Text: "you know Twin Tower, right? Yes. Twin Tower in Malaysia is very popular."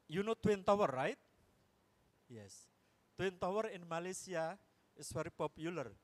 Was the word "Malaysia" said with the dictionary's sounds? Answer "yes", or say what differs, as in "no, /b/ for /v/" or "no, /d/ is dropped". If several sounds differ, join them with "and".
no, /s/ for /ʒ/